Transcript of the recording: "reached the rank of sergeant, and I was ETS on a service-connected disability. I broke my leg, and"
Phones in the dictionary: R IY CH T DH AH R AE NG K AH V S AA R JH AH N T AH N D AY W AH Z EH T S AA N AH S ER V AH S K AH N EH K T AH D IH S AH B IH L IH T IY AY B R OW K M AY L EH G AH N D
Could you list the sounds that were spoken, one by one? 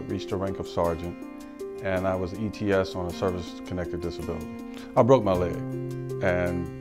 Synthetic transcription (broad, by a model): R IY CH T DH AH R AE NG K AH V S AA R JH AH N T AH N AY W AH Z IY T S N AH S ER V AH S K AH N EH K T AH D IH S AH B IH L IH T IY AY B R OW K M AY L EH AH N